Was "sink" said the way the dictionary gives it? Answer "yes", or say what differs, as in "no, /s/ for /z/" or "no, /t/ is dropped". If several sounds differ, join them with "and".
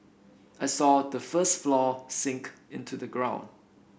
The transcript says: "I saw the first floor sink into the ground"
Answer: yes